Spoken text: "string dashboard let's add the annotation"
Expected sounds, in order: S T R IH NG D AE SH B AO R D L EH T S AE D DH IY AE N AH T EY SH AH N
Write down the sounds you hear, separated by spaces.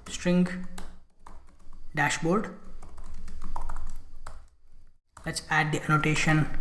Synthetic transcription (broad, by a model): S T R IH NG D AE SH B AO R D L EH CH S AE D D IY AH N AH T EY SH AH N